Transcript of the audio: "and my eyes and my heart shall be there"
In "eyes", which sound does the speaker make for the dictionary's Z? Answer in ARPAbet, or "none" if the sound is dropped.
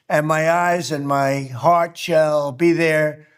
Z